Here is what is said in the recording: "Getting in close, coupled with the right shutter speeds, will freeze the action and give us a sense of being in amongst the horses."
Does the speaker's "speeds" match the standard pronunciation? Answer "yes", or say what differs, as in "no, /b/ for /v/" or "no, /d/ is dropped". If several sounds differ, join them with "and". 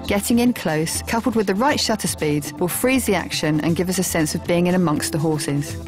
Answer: yes